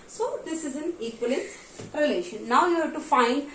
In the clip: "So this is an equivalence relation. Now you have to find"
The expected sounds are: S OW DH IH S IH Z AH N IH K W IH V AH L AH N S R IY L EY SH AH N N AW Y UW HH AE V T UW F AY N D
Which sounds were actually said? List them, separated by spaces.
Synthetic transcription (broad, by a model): S OW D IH S IH Z AH N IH K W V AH L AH S R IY L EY SH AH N N AW Y UW HH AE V T UW F AY N D